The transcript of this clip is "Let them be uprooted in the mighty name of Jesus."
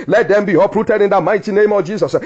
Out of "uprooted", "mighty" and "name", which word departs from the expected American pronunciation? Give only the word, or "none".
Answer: none